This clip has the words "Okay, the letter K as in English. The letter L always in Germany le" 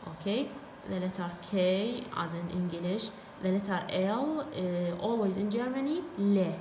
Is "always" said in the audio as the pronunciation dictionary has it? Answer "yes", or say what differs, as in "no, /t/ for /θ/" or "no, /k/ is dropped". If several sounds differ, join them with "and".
yes